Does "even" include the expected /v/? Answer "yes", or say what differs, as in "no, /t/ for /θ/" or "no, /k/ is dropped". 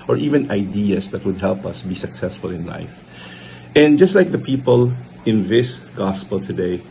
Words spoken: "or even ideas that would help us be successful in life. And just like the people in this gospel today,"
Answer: yes